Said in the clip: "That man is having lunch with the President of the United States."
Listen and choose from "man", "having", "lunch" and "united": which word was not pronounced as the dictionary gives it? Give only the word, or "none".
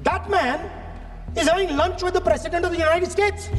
having